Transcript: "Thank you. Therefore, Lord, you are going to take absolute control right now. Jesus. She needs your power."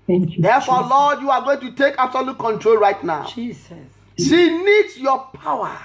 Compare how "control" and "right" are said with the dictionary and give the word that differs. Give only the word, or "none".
none